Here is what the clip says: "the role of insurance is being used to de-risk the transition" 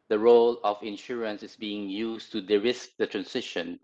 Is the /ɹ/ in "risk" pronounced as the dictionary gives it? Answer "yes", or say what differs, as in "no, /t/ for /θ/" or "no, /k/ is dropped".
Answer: yes